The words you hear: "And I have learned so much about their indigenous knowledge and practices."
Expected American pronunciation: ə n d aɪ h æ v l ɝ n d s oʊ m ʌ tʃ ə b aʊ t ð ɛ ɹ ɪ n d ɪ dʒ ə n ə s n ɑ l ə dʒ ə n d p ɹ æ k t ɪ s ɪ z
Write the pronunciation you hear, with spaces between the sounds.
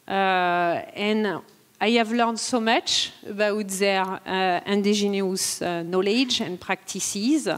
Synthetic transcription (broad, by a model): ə n aɪ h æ v l ɝ n d s oʊ m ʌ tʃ ə b aʊ t ð ɛ ɹ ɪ n d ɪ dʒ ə n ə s n ɑ l ə dʒ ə n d p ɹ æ k t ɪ s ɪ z